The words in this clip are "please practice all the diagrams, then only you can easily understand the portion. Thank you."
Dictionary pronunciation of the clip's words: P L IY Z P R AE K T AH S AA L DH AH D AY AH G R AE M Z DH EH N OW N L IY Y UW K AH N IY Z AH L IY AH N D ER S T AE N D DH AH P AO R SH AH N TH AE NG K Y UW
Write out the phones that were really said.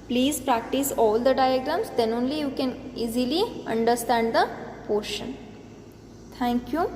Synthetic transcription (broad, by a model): P L IY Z P R AE K T AH S AA L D AH D AY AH G R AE M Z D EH N OW N L IY Y UW K AH N IY Z AH L IY AH N D ER S T AE N D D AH P AO R SH AH N T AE NG K Y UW